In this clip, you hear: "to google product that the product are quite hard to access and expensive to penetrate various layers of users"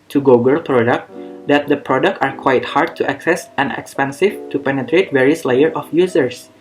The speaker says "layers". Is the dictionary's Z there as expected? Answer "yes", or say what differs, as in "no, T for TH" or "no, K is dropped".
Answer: no, Z is dropped